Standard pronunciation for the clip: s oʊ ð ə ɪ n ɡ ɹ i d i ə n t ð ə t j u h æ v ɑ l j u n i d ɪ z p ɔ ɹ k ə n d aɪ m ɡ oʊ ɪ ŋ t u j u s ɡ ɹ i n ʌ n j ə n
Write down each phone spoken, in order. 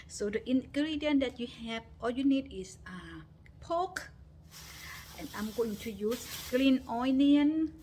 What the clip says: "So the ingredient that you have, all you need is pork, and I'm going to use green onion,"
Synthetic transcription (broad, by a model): s oʊ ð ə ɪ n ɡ ɹ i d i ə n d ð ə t j u h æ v ɑ l j u n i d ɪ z p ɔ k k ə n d aɪ m ɡ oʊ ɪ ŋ t u j u s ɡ l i n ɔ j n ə n